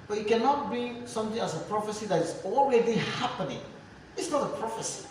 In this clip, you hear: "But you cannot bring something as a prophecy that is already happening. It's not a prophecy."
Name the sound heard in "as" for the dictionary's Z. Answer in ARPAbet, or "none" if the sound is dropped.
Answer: S